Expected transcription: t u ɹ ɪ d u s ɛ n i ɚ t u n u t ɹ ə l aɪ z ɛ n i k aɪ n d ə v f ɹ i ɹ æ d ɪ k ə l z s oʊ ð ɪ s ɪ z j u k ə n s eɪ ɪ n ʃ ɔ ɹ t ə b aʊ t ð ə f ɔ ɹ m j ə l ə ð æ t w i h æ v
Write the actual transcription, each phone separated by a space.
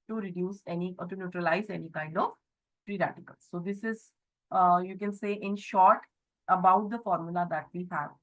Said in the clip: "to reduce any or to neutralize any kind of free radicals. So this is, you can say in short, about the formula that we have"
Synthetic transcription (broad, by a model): t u ɹ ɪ d u s ɛ n i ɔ t u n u t ɹ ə l aɪ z ɛ n i k aɪ n d ə v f ɹ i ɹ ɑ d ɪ k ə l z s oʊ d ɪ s ɪ z j u k ə n s eɪ ɪ n ʃ ɔ ɹ t ə b aʊ t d ə f ɔ ɹ m j ə l ə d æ t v i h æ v